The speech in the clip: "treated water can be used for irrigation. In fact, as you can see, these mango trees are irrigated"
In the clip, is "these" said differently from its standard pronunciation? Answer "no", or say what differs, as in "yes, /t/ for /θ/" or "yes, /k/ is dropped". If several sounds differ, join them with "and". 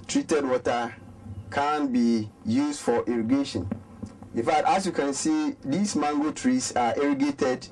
yes, /s/ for /z/